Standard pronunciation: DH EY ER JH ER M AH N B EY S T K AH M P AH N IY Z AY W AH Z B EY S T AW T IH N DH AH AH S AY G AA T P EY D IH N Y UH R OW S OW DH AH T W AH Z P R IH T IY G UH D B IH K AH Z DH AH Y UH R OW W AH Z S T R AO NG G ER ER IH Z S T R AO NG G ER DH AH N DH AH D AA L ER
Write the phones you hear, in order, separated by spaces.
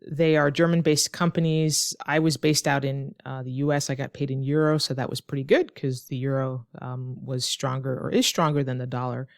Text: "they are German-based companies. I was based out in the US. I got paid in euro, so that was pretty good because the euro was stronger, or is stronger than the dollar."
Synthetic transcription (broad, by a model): DH EY ER JH ER M AH N B EY S K AH M P AH N IY Z AY W AH Z B EY S T AW T IH N DH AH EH S AY G AA T P EY D IH N Y UH R OW S OW DH AH T W AH Z P R IH T IY G UH D K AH Z DH AH Y UH R OW W AH Z S T R AO NG G ER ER IH Z S T R AO NG G ER DH AH N DH AH D AA L ER